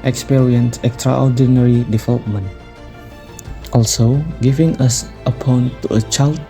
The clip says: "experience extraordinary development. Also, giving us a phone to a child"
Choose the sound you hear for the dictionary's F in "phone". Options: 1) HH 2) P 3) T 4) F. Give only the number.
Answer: 2